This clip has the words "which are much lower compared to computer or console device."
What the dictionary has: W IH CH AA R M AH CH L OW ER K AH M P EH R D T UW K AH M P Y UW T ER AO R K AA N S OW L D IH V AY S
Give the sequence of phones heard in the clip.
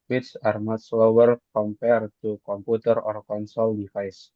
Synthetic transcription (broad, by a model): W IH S AA R M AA S L OW ER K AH M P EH R T UW K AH M P UW T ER AO R K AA N S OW L D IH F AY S